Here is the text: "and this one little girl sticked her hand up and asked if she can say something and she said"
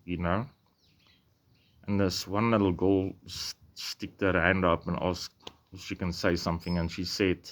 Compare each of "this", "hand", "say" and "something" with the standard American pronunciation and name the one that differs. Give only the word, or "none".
none